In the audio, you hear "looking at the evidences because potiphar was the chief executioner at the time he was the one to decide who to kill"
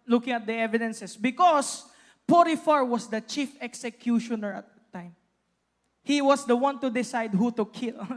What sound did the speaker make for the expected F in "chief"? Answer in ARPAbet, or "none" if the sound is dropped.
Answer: F